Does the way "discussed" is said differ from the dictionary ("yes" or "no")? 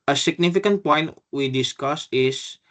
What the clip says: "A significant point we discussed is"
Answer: yes